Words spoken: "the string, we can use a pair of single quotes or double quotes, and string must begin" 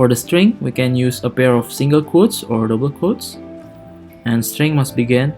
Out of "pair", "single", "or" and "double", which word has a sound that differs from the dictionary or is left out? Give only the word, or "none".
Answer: none